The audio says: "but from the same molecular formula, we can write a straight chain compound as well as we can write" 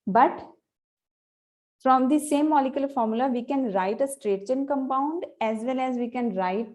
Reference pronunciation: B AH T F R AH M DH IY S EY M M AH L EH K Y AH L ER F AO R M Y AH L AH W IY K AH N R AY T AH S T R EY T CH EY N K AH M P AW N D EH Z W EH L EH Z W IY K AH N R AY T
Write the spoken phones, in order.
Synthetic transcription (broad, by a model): B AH T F R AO M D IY S EY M M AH L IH K Y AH L F AO R M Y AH L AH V IY K AH N R AY T AH S T R EY T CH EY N K AH M P AW N D EH Z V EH L EH Z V IY K AH N R AY T